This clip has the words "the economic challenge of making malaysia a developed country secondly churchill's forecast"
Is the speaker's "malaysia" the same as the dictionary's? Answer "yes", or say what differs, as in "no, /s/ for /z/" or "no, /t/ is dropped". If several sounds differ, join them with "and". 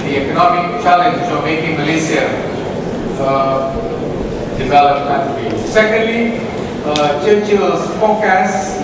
no, /s/ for /ʒ/